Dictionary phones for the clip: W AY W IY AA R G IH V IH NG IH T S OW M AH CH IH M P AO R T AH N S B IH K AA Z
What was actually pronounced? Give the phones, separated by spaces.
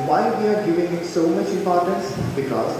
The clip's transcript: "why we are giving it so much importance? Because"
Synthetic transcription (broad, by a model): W AY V IY AA R G IH V IH NG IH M S OW M AH CH IH M P AO R T AH N S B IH K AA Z